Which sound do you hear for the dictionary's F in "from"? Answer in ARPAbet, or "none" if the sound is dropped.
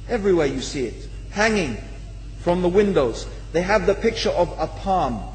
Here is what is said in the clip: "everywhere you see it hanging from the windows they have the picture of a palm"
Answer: F